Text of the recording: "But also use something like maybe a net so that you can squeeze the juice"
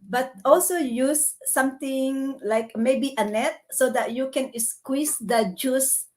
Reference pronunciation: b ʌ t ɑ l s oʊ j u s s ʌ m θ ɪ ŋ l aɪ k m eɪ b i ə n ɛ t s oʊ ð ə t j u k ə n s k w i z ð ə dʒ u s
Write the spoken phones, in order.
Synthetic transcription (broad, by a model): b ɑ t ɑ l s oʊ j u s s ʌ m t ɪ ŋ l aɪ k m eɪ b i ə n ɛ t s oʊ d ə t j u k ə n s k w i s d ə dʒ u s